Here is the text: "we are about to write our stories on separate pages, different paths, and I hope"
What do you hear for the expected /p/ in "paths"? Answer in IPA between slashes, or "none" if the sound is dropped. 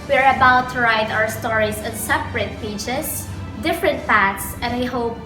/f/